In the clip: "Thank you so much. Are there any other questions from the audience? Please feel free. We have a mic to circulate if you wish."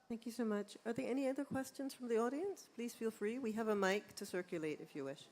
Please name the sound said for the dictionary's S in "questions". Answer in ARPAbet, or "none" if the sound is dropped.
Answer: S